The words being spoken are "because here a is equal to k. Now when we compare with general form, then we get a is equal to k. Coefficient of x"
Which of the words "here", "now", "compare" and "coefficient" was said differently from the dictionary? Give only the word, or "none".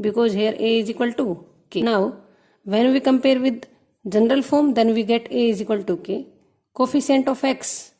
coefficient